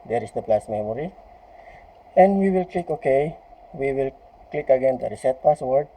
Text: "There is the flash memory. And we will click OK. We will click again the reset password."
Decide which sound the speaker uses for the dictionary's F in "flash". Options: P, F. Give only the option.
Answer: P